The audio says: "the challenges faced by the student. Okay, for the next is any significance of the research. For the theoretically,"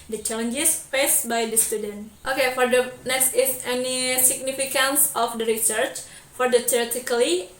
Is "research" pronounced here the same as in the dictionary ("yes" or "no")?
yes